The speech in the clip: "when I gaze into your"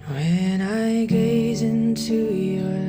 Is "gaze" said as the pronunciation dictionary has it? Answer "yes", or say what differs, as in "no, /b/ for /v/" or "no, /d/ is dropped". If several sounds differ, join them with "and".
yes